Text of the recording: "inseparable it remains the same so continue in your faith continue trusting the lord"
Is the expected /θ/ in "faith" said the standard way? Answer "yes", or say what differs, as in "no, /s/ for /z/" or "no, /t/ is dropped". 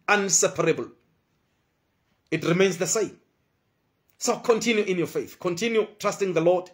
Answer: yes